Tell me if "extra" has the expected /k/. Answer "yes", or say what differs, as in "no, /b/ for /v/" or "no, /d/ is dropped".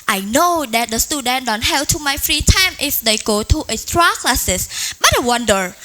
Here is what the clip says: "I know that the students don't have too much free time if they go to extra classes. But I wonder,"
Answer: no, /k/ is dropped